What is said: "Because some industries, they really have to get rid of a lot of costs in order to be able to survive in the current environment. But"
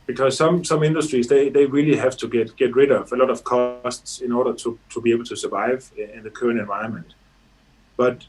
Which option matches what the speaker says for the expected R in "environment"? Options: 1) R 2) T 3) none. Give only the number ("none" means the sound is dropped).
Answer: 3